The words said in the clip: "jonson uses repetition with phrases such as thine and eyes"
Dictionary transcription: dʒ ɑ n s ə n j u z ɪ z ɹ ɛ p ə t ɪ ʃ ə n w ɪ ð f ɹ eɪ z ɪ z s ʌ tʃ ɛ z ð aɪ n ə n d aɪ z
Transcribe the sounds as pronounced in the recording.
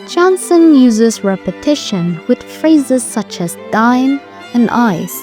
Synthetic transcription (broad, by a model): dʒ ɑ n s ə n j u z ɪ z ɹ ɛ p ə t ɪ ʃ ə n w ɪ ð f ɹ eɪ z ɪ z s ʌ tʃ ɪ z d aɪ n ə n aɪ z